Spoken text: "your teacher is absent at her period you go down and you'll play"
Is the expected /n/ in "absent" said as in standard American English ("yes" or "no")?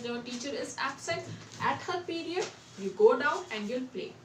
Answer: no